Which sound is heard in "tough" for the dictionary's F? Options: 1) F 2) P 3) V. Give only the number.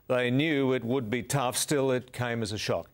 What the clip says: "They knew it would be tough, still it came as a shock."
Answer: 1